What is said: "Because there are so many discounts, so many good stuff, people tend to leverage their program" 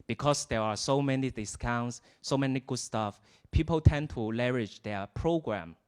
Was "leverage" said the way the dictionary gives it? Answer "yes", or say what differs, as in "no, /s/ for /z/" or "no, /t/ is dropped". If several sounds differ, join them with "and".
no, /v/ is dropped